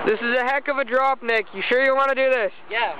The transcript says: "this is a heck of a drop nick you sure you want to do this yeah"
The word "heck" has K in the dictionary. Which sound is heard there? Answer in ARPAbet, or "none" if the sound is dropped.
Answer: K